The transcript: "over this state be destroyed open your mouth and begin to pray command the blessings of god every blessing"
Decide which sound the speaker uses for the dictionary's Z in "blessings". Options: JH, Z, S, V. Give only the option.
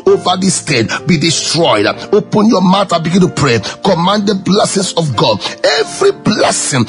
S